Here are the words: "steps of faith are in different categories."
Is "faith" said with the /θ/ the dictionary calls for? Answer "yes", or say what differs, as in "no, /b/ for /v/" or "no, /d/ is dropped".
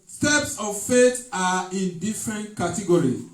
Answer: no, /t/ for /θ/